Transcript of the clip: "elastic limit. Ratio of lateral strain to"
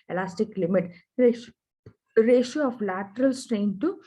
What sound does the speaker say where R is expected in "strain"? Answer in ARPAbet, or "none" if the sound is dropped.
R